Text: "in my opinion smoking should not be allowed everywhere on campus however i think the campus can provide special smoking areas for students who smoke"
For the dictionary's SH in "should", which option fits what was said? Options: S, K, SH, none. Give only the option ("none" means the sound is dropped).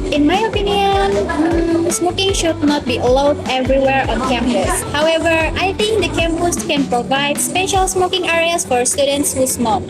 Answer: SH